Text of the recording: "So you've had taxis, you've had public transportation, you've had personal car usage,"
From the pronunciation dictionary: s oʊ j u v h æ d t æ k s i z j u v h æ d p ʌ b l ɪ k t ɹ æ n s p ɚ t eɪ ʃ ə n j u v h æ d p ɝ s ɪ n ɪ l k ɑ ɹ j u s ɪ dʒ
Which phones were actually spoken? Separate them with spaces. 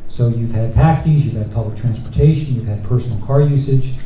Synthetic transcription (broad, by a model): s oʊ j u v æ d t æ k s i z j u v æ d p ʌ b l ɪ k t ɹ æ n s p ɚ t eɪ ʃ ə n j u v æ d p ɝ s n l k ɑ ɹ j u s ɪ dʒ